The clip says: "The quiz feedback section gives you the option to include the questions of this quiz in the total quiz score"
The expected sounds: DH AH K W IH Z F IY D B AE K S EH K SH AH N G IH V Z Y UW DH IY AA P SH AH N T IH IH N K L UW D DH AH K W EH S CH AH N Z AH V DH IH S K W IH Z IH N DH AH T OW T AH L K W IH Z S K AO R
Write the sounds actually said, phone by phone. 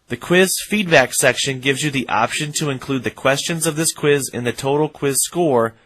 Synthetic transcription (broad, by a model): DH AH K W IH Z F IY D B AE K S EH K SH AH N G IH V Z Y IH DH IY AA P SH AH N T IH IH N K L UW D DH AH K W EH S CH AH N Z AH V DH IH S K W IH Z IH N DH AH T OW T L K W IH Z S K AO R